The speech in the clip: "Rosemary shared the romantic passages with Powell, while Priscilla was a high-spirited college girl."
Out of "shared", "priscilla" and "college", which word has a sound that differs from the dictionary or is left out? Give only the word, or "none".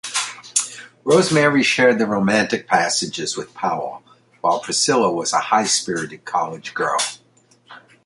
none